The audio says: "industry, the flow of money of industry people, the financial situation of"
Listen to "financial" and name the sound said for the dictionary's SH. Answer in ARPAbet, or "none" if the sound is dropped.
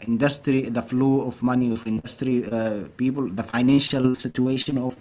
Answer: SH